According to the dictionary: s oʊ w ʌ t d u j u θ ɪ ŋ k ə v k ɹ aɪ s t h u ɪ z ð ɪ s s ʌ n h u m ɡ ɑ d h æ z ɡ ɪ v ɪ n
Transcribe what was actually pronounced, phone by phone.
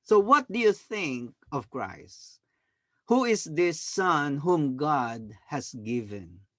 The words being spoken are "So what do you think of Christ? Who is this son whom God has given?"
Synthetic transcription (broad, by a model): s oʊ w ʌ t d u j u θ ɪ ŋ k ə v k ɹ aɪ s t h u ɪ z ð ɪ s s ʌ n h u m ɡ ɑ d h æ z ɡ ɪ v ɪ n